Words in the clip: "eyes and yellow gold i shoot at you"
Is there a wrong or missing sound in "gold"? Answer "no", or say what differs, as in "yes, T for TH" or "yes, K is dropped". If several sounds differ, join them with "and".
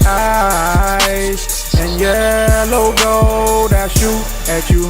yes, L is dropped